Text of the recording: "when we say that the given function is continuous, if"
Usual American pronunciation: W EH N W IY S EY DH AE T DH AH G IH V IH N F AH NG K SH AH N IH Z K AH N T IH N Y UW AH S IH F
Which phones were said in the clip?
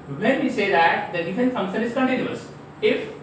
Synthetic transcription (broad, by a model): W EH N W IY S EY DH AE T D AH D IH F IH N F AH NG K SH AH N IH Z K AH N T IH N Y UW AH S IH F